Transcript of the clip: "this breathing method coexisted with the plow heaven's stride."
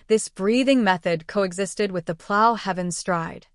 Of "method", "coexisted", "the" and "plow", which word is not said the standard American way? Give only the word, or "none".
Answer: none